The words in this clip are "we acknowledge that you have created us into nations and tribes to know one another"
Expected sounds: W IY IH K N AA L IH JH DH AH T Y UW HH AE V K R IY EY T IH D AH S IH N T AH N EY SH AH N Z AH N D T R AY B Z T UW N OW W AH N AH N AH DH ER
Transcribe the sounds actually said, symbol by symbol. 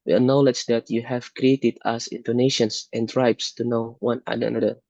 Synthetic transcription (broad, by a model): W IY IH N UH L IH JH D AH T Y UW HH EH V K R IY EY T IH D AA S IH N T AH N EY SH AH N S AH N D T R AY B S T UW N OW W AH N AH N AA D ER